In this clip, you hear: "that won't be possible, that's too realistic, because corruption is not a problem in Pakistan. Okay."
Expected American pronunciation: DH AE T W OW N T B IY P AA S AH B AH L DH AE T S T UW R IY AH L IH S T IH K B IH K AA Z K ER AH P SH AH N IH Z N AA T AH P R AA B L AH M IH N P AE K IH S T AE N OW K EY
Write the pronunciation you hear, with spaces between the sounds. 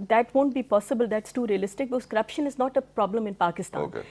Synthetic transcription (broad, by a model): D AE T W OW N T B IY P AA S AH B AH L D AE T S T UW R IY AH L IH S T IH K B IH K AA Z K ER AH P SH AH N IH Z N AA T AH P R AA B L AH M IH N P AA K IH S T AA OW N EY